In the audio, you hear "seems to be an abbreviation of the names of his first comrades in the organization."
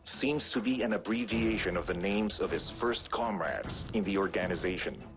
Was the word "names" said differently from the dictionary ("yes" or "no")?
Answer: no